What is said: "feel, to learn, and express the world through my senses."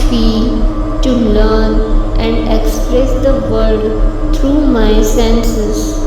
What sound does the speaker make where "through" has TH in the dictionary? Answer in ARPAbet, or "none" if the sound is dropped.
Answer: T